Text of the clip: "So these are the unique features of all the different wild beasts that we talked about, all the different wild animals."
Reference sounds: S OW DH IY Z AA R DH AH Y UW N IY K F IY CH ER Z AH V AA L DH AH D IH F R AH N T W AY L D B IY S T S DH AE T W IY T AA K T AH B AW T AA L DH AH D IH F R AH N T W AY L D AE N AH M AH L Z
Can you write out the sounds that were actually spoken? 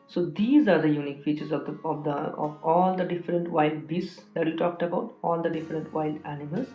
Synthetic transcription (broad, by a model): S OW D IY Z AA R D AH Y UW N IY K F IY CH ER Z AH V AA L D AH D IH F R AH N T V AY L D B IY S S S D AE T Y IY T AA K T AH B AW T AA L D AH D IH F R AH N T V AY L D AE N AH M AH L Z